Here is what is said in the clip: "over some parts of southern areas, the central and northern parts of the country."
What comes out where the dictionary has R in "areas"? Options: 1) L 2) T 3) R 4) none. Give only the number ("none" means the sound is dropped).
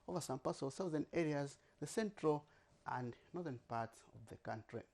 3